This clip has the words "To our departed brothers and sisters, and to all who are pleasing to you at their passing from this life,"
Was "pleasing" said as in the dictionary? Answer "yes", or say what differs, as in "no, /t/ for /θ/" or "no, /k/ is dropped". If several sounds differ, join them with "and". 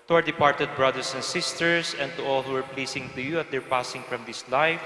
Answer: no, /s/ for /z/